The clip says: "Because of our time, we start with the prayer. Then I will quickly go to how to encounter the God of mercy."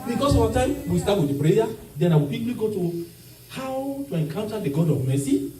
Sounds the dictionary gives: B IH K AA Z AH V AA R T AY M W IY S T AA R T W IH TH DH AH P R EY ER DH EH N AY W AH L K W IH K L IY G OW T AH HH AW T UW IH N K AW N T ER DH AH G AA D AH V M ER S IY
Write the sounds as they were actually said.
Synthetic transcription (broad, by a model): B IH K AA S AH W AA T AY M W IY S T AA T W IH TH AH P R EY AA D EH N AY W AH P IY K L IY G OW T AH HH AW T UW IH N K AW N T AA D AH G AA D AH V M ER S IY